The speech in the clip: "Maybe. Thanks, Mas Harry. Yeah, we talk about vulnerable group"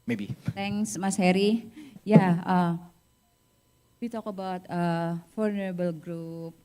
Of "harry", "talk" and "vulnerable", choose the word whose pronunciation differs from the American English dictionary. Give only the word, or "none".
vulnerable